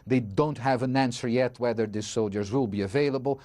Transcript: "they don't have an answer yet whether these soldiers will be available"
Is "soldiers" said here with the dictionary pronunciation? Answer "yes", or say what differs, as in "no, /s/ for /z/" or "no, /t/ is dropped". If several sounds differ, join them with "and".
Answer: yes